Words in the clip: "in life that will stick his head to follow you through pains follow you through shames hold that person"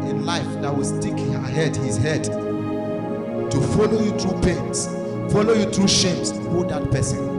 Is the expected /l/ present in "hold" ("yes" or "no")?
no